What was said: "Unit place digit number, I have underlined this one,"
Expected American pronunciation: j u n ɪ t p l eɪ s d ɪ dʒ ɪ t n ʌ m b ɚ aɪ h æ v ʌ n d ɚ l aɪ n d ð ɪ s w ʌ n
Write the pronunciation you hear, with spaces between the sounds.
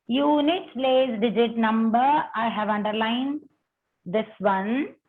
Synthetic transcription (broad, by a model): j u n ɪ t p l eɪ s d ɪ dʒ ɪ t n ʌ m b ɚ aɪ h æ v ʌ n d ɚ l aɪ n d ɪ s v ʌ n